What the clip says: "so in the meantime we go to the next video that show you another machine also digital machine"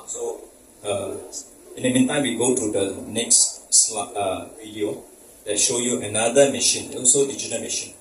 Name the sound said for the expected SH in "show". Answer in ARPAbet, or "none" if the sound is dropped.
SH